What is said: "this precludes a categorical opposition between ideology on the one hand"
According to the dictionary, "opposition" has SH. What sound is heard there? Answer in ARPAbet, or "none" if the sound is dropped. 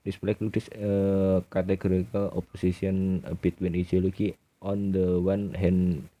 S